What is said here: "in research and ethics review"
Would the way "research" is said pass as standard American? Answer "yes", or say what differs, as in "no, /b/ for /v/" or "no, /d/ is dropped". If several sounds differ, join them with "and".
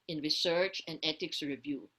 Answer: yes